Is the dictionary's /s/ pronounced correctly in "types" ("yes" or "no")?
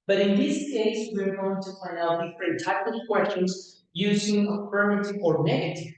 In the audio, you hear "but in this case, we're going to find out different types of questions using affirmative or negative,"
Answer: no